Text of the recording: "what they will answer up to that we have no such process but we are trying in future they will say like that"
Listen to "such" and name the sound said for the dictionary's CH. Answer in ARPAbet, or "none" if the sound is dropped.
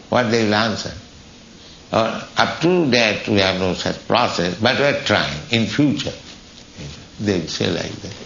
CH